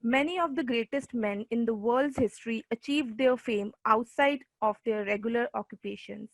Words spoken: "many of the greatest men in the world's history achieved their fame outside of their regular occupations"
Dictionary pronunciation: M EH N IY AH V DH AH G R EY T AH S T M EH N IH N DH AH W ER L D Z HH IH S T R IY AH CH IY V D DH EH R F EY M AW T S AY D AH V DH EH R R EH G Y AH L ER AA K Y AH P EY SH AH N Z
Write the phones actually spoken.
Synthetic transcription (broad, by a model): M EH N IY AH V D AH G R EY T AH S T M EH N IH N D AH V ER L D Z HH IH S T R IY AH CH IY V D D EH R F EY M AW T S AY D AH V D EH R R EH G Y AH L ER AA K Y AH P EY SH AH N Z